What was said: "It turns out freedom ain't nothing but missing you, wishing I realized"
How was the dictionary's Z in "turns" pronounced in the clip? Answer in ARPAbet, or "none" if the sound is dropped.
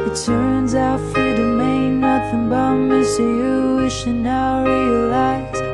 Z